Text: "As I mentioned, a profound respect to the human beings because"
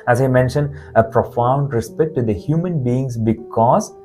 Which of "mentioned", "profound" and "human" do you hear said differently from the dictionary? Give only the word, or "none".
none